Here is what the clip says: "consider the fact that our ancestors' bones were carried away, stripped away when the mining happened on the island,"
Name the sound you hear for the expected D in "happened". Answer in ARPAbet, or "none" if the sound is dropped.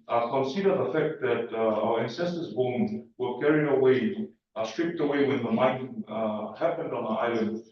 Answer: D